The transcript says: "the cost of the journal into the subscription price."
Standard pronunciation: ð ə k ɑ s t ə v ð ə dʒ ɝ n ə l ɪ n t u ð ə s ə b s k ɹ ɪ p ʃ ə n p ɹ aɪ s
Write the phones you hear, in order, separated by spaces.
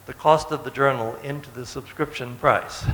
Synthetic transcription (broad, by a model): ð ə k ɑ s t ə v ð ə dʒ ɝ n l ɪ n t u ð ə s ə b s k ɹ ɪ p ʃ ə n p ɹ aɪ s